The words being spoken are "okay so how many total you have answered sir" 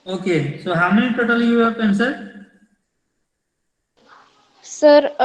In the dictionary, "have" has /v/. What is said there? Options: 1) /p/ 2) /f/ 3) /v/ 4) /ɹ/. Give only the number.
1